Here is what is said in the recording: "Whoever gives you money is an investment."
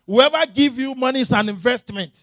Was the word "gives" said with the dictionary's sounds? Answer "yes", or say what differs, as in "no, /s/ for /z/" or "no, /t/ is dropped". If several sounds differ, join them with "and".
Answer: no, /z/ is dropped